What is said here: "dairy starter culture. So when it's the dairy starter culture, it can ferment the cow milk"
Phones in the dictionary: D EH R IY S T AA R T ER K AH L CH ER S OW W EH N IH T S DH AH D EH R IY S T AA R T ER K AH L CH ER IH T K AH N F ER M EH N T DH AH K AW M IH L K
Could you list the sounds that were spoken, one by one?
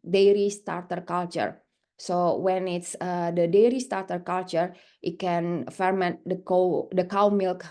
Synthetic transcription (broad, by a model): D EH R IY S T AA R T ER K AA L CH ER S OW W EH N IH T S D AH D EH R IY S T AA R T ER K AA L CH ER IH T K AH N F ER M EH N T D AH K AW M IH L K